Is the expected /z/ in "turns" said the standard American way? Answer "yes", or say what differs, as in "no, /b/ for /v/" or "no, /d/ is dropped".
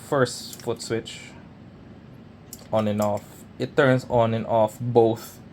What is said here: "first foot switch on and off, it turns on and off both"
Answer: no, /s/ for /z/